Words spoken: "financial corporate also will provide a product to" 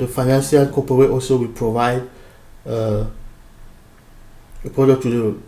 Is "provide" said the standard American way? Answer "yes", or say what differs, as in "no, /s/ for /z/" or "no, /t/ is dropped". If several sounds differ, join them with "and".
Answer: yes